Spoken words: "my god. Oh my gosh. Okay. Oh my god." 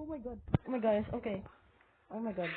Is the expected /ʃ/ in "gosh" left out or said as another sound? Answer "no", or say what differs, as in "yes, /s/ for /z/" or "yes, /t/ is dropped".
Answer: yes, /s/ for /ʃ/